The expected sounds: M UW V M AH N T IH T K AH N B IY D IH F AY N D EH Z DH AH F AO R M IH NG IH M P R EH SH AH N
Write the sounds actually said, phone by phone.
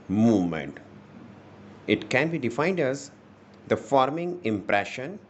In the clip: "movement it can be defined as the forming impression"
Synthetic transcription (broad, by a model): M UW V M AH N T IH T K AH N B IY D IH F AY N D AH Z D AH F AO R M IH NG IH M P R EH SH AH N